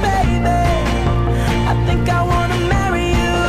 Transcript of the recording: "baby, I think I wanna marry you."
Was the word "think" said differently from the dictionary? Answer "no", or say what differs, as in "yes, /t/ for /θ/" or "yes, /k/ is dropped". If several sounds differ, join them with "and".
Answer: no